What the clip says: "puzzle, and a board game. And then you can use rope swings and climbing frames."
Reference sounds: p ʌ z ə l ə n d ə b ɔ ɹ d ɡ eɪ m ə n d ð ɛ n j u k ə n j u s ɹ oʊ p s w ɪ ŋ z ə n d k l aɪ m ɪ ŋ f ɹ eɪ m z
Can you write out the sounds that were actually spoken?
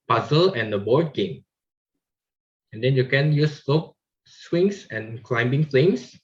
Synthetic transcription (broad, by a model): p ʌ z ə l ə n d ə b ɔ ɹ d ɡ eɪ m ə n d ɛ n j u k ə n j u s l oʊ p s w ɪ ŋ s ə n k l aɪ m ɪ ŋ f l eɪ m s